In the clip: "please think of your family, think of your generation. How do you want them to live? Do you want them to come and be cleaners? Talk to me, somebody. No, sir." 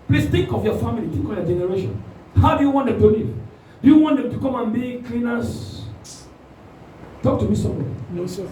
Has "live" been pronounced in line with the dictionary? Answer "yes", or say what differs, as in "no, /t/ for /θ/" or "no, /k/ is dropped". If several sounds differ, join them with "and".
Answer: no, /n/ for /l/